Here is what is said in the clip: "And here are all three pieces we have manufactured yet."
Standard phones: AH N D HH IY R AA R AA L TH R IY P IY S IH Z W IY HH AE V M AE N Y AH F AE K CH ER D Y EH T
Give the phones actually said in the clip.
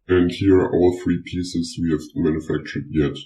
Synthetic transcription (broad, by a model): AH N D HH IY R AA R AA L TH R IY P IY S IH S W IY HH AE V M AE N Y AH F AE K CH ER D Y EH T